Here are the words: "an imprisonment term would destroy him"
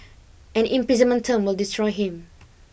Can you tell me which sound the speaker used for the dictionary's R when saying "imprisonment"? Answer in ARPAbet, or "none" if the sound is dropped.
none